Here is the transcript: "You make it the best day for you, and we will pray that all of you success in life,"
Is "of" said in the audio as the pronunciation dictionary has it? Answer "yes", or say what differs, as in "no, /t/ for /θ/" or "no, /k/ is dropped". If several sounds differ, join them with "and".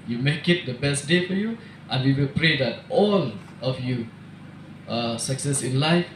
no, /f/ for /v/